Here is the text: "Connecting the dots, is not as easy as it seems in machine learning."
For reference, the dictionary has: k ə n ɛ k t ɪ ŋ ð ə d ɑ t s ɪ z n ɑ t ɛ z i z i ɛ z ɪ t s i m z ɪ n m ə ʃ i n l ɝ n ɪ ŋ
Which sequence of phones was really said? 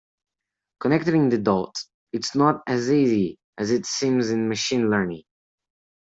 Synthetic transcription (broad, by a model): k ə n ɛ k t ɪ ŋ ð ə d ɑ t s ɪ s n ɑ t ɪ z i z i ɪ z ɪ t s i m z ɪ n m ə ʃ i n l ɝ n ɪ ŋ